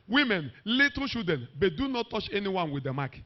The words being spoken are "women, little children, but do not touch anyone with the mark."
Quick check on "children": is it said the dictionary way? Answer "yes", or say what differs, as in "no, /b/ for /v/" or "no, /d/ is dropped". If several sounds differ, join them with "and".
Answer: no, /ʃ/ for /tʃ/ and /l/ is dropped and /ɹ/ is dropped